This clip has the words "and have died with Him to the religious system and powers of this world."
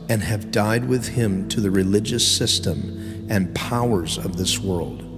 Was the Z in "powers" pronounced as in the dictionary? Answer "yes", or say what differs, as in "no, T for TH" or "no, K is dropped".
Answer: yes